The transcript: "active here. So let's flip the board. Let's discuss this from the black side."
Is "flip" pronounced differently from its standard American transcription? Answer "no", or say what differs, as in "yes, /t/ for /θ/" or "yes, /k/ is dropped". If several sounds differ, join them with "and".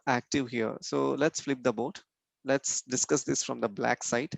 no